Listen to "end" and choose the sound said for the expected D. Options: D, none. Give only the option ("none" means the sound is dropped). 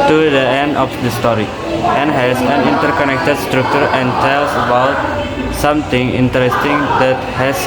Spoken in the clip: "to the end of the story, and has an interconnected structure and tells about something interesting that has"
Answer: D